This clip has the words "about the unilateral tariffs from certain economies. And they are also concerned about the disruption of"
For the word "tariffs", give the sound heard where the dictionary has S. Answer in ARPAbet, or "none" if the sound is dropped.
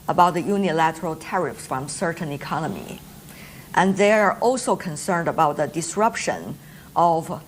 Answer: S